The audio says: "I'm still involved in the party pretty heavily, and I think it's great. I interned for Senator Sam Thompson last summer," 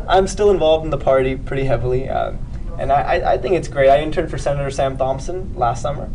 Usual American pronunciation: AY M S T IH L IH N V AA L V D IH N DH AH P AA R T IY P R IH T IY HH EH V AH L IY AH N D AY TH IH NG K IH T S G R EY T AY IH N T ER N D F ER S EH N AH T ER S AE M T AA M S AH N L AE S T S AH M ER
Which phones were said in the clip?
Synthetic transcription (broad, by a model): AY M S T IH L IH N V AA L V D N DH AH P AA R T IY P R IH T IY HH EH V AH N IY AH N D AY TH IH NG K IH T S G R EY T AY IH N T ER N F ER S EH N AH T ER S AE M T AA M S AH N L AE S T S AH M ER